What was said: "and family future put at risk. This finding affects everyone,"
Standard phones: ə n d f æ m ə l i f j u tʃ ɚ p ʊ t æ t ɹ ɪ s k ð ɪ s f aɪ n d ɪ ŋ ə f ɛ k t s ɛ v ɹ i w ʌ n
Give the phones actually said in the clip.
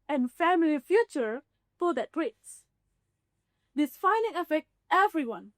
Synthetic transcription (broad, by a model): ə n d f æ m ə l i f j u tʃ ɚ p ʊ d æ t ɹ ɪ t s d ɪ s f aɪ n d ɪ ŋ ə f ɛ k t ɛ v ɹ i w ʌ n